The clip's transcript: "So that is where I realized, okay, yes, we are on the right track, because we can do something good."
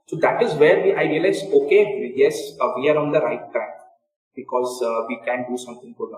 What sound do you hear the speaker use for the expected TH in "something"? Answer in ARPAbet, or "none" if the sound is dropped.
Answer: T